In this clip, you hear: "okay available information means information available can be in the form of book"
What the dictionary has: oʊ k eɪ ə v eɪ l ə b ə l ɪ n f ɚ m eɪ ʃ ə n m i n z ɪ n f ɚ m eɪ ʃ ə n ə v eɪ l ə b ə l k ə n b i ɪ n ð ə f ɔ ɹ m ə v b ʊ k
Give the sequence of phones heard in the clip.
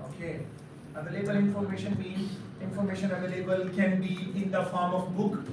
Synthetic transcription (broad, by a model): oʊ k eɪ ə v eɪ l ə b ə l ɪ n f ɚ m eɪ ʃ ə n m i z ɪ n f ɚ m eɪ ʃ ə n ə v eɪ l ə b ə l k ə n b i ɪ n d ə f ɔ ɹ m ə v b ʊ k